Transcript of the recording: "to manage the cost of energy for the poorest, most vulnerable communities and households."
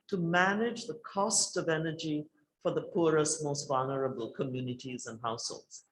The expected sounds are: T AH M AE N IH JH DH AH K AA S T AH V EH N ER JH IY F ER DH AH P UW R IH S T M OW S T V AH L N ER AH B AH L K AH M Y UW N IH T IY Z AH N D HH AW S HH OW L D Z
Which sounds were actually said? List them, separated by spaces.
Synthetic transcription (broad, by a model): T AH M AE N IH JH DH AH K AA S T AH V EH N ER JH IY F ER DH AH P UW R IH S T M OW S T V AH L N ER AH B AH L K AH M Y UW N IH T IY Z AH N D HH AW S HH OW L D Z